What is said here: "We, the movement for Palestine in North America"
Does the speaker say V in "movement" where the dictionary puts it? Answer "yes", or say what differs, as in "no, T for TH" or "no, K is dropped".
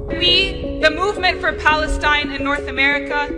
yes